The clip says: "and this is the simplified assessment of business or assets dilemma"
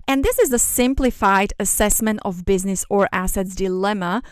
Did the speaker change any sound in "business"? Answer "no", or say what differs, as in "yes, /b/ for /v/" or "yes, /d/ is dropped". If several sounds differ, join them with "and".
no